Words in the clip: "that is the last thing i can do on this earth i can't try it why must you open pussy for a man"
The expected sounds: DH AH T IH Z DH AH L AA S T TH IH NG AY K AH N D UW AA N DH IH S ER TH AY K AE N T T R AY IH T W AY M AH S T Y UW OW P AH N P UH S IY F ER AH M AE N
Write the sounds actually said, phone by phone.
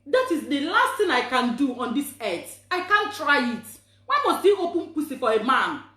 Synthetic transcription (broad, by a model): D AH T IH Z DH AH L AA S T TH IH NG AY K AH N D UW AA N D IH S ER T AY K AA N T T R AY IH T W AY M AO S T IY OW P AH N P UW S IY F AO AH M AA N